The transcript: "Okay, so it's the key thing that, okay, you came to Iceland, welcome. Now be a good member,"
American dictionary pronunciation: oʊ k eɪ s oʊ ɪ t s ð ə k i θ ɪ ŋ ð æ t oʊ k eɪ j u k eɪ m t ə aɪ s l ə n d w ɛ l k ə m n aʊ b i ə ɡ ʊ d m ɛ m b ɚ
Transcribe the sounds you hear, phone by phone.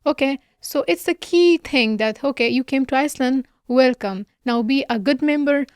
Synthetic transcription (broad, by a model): oʊ k eɪ s oʊ ɪ t s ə k i t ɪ ŋ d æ t oʊ k eɪ j u k eɪ m t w aɪ s l ə n d w ɛ l k ə m n aʊ b i ə ɡ ʊ d m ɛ m b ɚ